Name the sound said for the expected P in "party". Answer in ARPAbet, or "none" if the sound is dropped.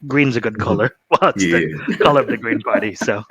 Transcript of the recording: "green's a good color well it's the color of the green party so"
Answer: B